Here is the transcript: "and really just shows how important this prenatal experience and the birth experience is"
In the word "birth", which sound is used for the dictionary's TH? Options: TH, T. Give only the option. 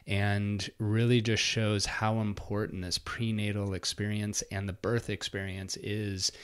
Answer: TH